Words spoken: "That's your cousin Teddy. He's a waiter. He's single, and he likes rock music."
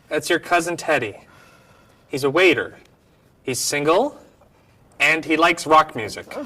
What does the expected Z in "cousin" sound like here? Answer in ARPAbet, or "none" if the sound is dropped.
Z